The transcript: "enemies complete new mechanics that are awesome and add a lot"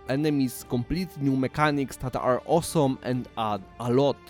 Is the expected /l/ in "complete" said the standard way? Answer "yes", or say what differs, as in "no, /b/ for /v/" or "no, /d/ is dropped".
yes